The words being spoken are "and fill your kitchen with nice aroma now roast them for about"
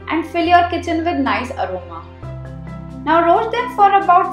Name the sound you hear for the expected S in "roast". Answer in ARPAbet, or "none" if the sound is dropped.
none